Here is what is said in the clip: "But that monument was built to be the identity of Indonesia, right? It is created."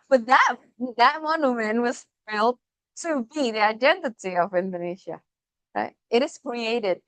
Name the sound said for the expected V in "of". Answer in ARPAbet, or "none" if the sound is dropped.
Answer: V